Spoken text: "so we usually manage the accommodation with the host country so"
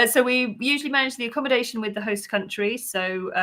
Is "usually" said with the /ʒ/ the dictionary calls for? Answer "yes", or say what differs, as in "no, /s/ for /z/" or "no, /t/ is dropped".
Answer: yes